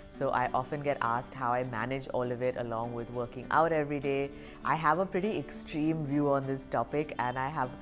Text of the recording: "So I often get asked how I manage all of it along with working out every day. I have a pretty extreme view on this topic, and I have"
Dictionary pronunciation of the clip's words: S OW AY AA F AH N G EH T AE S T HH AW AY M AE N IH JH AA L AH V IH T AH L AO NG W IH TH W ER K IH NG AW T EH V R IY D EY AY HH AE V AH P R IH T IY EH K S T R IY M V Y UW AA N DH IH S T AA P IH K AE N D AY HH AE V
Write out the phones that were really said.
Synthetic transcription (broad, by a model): S OW AY AA F AH N G EH T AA S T HH AW AY M AE N IH JH AA L AH V IH T AH L AO NG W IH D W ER K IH NG AW T EH V R IY D EY AY HH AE V AH P R IH T IY EH K S T R IY M V Y UW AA N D IH S T AA P IH K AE N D AY HH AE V